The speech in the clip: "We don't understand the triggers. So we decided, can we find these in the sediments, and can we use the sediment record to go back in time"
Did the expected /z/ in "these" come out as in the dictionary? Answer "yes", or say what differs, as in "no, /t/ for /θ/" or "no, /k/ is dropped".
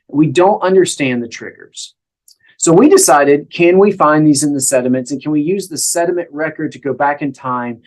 yes